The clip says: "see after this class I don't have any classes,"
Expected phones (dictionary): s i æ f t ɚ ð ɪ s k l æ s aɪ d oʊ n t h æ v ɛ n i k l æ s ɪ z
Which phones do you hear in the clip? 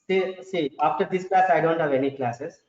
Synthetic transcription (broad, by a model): s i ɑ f t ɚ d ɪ s k l æ s aɪ d oʊ n t h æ v ɛ n i k l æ s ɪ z